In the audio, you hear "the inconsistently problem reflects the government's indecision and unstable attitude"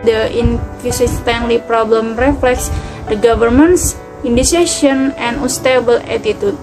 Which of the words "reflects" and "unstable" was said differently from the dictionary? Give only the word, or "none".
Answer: unstable